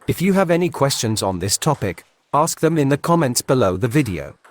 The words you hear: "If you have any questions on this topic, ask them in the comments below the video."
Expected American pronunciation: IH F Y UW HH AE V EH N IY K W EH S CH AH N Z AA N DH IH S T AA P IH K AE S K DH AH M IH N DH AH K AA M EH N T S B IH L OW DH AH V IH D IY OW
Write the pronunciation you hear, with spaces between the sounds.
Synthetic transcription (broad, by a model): IH F Y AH V EH N IY K W EH S CH AH N Z N DH IH S T AA P IH K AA S K DH AH M IH N DH AH K AA M EH N T S B IH L OW DH AH V IH D IY OW